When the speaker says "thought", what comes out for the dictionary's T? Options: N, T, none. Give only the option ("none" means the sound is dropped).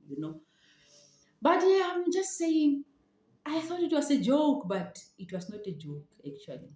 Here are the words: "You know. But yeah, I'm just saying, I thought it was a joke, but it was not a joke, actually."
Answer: T